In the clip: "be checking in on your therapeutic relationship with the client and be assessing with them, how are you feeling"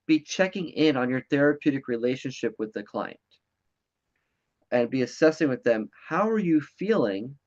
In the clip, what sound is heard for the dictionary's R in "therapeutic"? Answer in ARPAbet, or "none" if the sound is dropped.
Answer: R